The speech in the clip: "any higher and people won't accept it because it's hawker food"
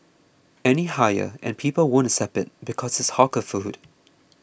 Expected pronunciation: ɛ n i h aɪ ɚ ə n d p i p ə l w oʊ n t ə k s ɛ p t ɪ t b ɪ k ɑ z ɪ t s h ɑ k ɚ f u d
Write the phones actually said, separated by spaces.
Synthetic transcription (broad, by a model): ɛ n i h aɪ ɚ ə n p i p ə l w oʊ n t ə s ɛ p ɪ t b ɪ k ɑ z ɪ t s h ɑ k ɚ f u d